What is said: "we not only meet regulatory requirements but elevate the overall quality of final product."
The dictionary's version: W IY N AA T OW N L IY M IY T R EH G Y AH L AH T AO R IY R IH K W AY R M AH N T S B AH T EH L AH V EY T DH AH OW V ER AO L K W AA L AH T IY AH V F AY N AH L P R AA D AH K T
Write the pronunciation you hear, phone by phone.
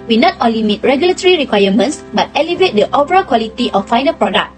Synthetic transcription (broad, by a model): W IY N AA T OW N L IY M IY T R EH G Y AH L AH T AO R IY R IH K W AY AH M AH N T S B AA T EH L AH V EY T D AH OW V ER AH K W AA L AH T IY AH F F AY N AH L P R AA D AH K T